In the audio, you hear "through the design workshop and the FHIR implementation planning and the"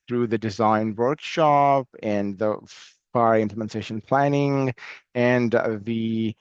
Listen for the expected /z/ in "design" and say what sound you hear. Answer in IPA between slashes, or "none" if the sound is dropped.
/z/